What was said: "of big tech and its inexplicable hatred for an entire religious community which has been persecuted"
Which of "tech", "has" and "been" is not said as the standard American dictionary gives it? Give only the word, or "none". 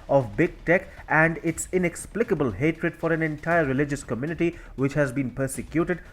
none